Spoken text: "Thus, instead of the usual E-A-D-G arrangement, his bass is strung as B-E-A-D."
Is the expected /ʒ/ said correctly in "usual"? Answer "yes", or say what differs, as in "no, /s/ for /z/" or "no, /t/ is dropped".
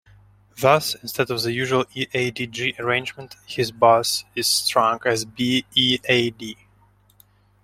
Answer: yes